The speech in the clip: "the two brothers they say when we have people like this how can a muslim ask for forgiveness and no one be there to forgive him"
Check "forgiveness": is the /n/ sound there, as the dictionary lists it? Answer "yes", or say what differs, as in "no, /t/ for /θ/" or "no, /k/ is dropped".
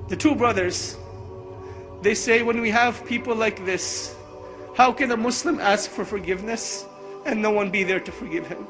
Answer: yes